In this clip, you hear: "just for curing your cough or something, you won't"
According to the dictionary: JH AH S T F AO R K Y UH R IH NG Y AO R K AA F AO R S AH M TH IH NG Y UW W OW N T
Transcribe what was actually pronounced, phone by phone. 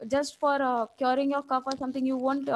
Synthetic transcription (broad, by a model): JH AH S T F AO R K Y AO R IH NG Y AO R K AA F AO R S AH M T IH NG Y UW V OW N T